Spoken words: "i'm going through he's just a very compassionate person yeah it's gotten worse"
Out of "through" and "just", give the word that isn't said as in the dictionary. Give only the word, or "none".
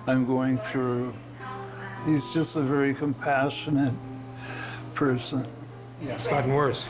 none